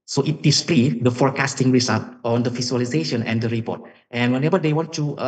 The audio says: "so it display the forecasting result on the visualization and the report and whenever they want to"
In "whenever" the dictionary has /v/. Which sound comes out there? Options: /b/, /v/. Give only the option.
/b/